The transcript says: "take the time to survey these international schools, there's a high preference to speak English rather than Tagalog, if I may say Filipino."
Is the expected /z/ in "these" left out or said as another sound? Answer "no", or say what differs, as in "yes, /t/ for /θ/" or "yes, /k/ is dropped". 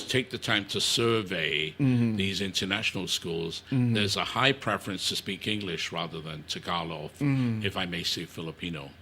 no